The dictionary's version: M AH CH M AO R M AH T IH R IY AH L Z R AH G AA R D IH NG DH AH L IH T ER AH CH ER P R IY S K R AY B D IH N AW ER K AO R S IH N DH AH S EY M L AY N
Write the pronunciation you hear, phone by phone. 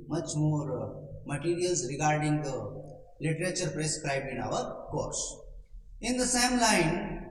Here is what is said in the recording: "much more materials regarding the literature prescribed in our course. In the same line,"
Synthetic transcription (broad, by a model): M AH CH M AO R M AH T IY R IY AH L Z R AH G AA R D IH NG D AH L IH T ER AH CH ER P R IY S K R AY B IH N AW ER K AO R S IH N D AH S EY M L AY N